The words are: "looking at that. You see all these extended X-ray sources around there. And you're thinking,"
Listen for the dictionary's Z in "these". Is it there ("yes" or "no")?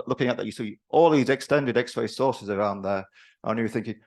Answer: yes